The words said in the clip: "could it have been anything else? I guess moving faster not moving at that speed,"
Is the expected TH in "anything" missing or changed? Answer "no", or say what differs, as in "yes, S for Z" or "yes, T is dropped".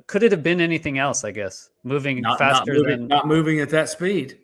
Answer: no